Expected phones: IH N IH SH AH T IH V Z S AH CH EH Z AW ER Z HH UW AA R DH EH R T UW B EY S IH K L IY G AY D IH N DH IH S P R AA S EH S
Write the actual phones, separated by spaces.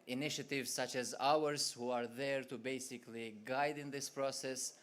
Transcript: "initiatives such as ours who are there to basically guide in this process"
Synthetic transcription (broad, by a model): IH N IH SH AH T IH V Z S AH CH EH Z AW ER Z HH UW AA R DH EH R T UW B EY S IH K L IY G AY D IH N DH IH S P R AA S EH S